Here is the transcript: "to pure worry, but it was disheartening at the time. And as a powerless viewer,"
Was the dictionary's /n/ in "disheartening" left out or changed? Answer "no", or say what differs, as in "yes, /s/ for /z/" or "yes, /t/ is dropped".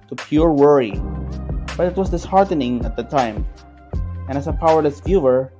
no